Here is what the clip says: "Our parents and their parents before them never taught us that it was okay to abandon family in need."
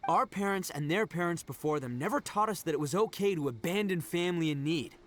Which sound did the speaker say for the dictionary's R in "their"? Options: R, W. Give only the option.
R